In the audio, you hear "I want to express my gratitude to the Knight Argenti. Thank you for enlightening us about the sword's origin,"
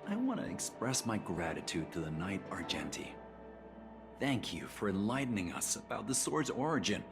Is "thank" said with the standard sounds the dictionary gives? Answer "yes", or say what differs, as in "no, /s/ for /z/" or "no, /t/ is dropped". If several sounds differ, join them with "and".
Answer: yes